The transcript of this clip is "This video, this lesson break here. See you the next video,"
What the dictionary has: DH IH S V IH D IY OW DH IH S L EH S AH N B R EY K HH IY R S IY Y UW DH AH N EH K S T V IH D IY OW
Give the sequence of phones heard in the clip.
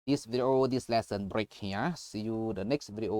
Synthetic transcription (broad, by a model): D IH S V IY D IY OW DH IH S L EH S AH N B R EY K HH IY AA S IY Y UW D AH N EH K S T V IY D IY OW